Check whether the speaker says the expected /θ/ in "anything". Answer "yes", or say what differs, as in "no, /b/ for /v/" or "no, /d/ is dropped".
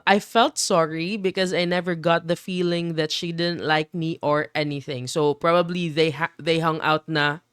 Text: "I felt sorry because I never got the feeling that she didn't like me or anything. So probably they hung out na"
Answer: yes